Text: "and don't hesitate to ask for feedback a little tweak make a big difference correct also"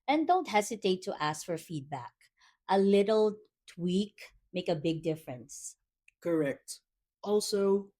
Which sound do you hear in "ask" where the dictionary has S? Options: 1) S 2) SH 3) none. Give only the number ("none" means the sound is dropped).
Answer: 1